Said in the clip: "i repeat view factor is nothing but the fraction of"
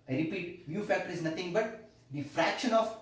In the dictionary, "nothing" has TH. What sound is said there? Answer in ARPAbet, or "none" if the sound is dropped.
T